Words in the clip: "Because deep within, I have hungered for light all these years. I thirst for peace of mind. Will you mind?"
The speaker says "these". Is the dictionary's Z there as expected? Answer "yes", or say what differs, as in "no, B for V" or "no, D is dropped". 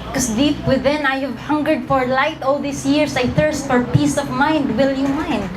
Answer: no, S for Z